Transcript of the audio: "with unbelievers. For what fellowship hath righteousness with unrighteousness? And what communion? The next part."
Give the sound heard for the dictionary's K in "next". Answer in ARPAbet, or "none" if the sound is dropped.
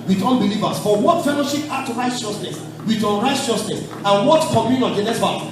none